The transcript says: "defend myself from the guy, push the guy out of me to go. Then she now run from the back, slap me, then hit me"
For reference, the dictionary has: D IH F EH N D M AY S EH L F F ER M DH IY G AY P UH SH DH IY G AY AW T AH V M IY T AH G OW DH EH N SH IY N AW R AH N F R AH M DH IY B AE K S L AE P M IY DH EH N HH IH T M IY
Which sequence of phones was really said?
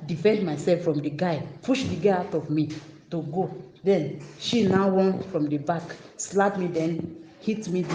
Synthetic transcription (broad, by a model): D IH F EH N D M AY S EH L F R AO M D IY G AY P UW SH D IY G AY AW T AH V M IY T AH G OW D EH N SH IY N AW W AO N F R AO M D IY B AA K S L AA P M IY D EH N HH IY T M IY